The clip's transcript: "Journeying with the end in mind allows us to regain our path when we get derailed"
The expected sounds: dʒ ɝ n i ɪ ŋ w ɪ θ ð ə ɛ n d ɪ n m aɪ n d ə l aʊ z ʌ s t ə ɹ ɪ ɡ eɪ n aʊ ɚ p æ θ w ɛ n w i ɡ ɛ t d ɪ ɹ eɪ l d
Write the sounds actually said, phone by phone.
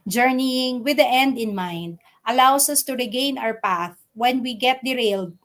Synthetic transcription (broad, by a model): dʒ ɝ n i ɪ ŋ w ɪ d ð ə ɛ n d ɪ n m aɪ n d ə l aʊ s ʌ s t ə ɹ ɪ ɡ eɪ n aʊ ɚ p æ θ w ɛ n w i ɡ ɛ t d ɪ ɹ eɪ l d